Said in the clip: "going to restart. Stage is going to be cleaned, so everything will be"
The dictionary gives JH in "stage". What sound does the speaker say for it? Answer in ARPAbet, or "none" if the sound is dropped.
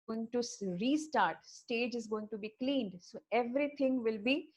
JH